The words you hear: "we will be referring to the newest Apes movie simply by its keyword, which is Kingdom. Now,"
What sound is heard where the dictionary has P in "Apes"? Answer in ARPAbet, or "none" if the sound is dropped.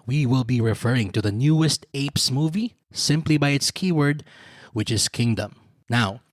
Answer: P